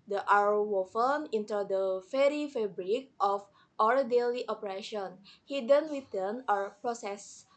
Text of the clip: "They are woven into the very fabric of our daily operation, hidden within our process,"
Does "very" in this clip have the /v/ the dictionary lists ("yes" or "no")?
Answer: no